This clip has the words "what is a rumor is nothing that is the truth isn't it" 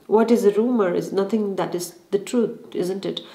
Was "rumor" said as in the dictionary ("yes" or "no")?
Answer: yes